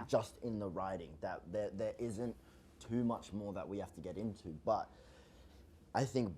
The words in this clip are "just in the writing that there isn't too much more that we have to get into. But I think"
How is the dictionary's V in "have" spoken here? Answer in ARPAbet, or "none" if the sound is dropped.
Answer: F